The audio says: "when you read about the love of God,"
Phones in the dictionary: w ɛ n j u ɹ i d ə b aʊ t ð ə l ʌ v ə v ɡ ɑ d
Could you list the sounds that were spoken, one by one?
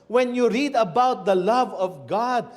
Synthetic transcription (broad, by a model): w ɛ n j u ɹ i d ə b aʊ t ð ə l ʌ v ə v ɡ ɑ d